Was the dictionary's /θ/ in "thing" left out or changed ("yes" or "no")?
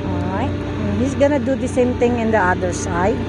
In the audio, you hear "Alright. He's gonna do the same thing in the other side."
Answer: yes